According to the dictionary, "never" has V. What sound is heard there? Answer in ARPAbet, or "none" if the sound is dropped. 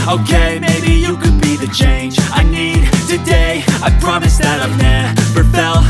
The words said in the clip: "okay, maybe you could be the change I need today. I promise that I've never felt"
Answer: P